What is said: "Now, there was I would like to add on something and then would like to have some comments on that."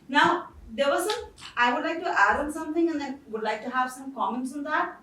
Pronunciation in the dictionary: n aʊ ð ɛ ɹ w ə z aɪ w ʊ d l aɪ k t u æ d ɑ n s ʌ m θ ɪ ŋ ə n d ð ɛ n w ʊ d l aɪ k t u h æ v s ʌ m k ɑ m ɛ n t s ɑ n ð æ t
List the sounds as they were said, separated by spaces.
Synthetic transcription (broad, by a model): n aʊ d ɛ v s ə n aɪ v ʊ d l aɪ k t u æ d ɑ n s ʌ m t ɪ ŋ ə n d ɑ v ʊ d l aɪ k t u h æ v s ʌ m k ɑ m ɛ n t s ɑ n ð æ t